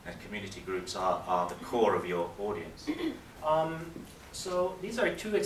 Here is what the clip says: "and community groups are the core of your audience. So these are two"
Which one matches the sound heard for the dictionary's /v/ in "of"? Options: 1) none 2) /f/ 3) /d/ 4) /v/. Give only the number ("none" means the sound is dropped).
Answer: 4